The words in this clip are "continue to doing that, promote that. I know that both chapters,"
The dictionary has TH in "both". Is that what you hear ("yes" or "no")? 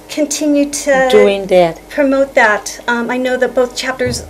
yes